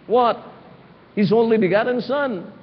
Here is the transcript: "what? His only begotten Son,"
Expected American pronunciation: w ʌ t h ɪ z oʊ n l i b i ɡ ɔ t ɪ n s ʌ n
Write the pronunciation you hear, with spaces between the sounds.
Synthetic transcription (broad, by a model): w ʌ t h ɪ z oʊ n l i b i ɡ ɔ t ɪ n s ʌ n